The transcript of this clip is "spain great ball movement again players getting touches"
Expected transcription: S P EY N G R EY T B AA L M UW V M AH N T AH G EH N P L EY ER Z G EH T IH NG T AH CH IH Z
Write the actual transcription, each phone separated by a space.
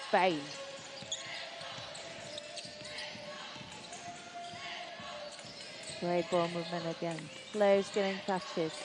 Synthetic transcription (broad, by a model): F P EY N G R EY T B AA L M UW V M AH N AH G EH N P L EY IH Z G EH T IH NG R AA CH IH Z